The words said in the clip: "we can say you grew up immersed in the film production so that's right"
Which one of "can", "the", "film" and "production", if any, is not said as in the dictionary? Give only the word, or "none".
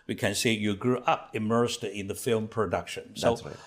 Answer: none